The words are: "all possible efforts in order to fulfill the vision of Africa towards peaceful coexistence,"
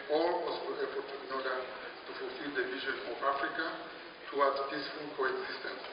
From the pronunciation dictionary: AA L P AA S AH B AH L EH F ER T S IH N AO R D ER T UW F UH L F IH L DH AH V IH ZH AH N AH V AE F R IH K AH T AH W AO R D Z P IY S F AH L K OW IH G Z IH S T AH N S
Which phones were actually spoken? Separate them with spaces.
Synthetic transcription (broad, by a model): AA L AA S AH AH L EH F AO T IH N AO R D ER T UW F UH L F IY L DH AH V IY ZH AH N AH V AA F R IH K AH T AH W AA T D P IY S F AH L K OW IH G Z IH S T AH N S